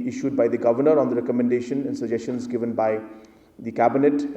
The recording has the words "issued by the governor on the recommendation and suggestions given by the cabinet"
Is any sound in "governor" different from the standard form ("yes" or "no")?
no